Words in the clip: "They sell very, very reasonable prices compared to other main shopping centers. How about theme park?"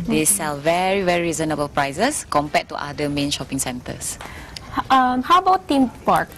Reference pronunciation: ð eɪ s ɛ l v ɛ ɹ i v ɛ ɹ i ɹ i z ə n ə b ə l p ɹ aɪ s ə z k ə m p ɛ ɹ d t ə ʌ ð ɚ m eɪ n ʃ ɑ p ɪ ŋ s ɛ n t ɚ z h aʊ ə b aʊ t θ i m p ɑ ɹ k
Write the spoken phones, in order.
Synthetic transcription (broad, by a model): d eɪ s ɛ l v ɛ ɹ i v ɛ ɹ i ɹ i z ə n ə b ə l p ɹ aɪ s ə s k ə m p ɛ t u t ə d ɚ m eɪ n ʃ ɑ p ɪ ŋ s ɛ n t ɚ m h aʊ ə b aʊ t t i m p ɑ ɹ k